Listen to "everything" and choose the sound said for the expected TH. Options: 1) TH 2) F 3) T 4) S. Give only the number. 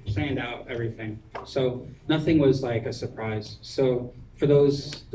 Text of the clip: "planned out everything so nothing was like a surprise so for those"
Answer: 1